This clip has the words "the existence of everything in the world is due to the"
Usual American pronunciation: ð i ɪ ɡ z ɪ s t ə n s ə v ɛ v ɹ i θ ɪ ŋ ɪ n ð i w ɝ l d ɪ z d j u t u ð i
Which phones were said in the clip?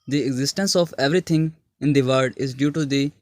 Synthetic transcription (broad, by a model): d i ɪ ɡ z ɪ s t ə n s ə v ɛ v ɹ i t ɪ ŋ ɪ n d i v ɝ d ɪ z d j u t u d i